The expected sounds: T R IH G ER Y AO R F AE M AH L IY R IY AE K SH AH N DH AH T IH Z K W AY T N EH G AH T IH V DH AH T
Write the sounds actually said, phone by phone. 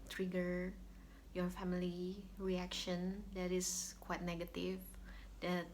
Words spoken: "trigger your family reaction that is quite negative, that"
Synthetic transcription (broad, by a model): T R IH G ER Y AO R F AE M AH L IY R IY AE K SH AH N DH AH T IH S K W AY T N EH G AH T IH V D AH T